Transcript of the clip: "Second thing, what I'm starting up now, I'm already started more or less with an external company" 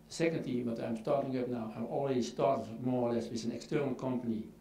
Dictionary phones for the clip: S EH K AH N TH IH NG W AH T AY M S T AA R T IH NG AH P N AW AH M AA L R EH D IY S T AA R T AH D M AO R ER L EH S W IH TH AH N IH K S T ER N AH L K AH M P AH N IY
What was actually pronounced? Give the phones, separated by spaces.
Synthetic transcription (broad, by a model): S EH K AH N T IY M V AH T AY M S T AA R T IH NG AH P N AW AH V AA L R EH D IY S T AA R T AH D M AO R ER L EH S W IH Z AH N IH K S T ER N AH L K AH M P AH N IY